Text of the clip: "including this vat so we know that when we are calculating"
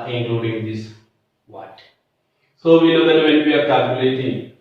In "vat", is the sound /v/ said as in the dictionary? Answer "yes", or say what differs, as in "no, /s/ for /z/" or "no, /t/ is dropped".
no, /w/ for /v/